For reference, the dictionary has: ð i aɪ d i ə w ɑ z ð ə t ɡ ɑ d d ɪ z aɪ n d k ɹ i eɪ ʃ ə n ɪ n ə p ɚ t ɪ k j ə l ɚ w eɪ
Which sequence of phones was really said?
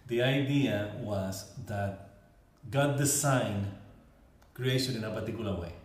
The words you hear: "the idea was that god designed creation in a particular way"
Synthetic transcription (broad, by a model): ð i aɪ d i ə w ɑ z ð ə t ɡ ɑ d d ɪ s aɪ n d k ɹ i eɪ ʃ ə n ɪ n ə p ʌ t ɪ k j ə l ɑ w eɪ